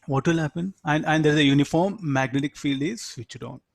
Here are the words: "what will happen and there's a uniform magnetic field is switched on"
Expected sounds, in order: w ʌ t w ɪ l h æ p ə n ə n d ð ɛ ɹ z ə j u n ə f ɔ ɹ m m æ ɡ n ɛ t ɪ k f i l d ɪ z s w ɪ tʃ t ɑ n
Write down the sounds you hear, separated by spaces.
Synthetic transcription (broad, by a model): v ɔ t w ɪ l h æ p ə n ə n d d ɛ ɹ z ə j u n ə f ɔ ɹ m m æ ɡ n ɛ t ɪ k f i l d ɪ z s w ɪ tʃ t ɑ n